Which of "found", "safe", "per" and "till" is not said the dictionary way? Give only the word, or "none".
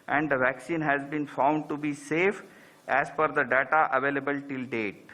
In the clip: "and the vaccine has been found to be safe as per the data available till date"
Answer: per